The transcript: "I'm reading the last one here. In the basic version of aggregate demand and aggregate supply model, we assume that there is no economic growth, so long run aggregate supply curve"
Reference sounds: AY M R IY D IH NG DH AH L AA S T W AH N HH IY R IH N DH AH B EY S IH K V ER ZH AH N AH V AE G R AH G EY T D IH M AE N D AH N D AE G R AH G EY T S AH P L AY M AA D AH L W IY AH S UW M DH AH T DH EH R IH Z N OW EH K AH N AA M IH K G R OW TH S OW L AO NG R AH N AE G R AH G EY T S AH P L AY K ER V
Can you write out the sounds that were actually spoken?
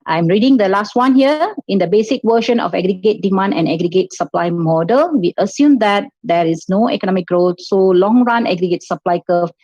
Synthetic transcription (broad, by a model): AY M R IY D IH NG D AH L AA S T W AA N HH IY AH IH N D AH B EY S IH K W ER SH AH N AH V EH G R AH G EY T D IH M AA N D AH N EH G R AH G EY T S AH P L AY M AA D AH L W IY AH S UW M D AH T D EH R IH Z N OW EH K AH N AA M IH K G R OW T S OW L AO NG R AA N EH G R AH G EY T S AH P L AY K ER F